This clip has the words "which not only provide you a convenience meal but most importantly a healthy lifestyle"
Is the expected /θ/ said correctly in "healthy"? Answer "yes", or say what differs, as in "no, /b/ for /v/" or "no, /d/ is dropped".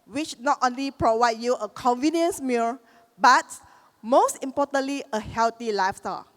no, /t/ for /θ/